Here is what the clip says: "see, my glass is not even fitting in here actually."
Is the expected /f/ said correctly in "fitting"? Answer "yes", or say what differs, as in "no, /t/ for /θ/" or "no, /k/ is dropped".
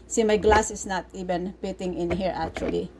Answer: no, /p/ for /f/